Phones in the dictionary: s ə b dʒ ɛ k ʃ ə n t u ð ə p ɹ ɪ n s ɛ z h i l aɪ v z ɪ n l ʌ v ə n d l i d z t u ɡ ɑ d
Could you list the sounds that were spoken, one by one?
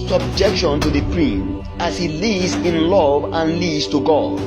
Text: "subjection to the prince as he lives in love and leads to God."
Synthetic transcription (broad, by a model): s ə b dʒ ɛ k ʃ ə n t u ð ə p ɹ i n ɑ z h i l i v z ɪ n l ʌ v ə n l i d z t u ɡ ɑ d